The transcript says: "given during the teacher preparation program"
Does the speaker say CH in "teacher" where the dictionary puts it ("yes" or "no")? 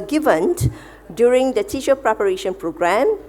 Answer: no